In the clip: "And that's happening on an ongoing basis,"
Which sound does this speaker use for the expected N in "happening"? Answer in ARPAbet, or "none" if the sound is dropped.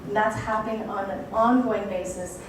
none